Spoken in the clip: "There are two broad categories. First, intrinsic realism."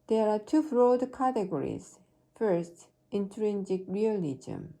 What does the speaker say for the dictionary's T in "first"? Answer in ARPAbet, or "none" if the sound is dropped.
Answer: T